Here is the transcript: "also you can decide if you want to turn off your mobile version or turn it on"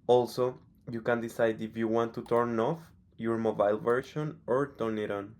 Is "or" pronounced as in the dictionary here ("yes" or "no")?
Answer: yes